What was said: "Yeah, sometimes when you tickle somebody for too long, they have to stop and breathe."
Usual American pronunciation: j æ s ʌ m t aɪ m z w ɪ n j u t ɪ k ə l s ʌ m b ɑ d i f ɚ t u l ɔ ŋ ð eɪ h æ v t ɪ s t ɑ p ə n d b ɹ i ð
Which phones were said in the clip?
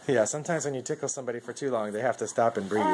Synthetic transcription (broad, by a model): j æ s ʌ m t aɪ m z w ɪ n j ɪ t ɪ k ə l s ʌ m b ɑ d i f ɚ t u l ɔ ŋ ð eɪ h æ f t ɪ s t ɑ p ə n b ɹ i